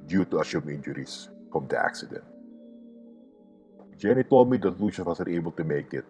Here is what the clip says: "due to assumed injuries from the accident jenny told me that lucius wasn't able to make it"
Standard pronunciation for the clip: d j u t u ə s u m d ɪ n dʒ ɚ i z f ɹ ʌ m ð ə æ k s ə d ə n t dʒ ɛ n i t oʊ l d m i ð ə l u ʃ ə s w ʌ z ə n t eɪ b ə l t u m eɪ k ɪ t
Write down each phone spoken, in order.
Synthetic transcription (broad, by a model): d j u t u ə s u m ɪ n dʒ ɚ i s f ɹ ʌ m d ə æ k s ə d ə n t dʒ ɛ n i t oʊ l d m i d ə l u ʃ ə w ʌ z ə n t eɪ b ə l t u m eɪ k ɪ t